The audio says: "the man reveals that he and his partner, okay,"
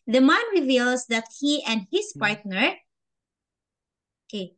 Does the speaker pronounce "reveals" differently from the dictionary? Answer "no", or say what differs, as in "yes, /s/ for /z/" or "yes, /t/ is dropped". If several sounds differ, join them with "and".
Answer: yes, /s/ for /z/